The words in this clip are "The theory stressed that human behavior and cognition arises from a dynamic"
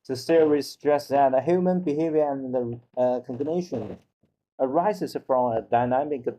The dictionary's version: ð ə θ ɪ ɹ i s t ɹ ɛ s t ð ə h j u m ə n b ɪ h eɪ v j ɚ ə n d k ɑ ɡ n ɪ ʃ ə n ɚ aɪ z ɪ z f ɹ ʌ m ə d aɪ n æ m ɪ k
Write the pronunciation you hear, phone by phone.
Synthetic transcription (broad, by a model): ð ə s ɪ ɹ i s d ɹ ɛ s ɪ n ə h j u m ə n b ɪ h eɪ v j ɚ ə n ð k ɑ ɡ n ɪ ʃ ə n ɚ aɪ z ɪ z f ɹ ʌ m ə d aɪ n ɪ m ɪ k